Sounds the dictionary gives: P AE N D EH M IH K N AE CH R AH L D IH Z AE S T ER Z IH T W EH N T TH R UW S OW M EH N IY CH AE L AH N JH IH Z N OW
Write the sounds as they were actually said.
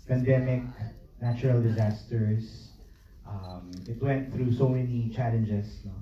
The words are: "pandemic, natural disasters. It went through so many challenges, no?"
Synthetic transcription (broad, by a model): P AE N D EH M IH K N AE CH R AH L D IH Z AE S T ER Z IH T W EH N T TH R UW S OW M EH N IY CH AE L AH N JH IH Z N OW